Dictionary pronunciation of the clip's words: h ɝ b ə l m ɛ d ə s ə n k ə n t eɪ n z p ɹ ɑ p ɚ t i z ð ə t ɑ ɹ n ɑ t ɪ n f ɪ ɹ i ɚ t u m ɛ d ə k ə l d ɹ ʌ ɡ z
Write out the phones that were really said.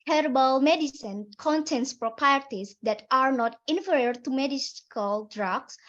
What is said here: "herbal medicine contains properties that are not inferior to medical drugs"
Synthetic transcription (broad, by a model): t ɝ b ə l m ɛ d ə s ə n k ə n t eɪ n s p ɹ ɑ p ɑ t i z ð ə t ɑ ɹ n ɑ t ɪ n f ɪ ɹ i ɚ t u m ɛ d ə k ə l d ɹ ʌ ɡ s